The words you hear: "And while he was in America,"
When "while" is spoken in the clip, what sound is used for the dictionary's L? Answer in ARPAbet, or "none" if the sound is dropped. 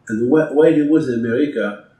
W